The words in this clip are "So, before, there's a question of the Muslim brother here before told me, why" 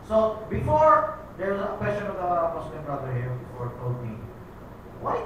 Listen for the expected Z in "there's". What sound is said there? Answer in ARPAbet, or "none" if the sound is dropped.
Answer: none